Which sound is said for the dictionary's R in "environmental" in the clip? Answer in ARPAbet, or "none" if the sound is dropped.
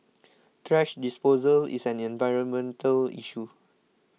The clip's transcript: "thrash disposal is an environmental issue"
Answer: R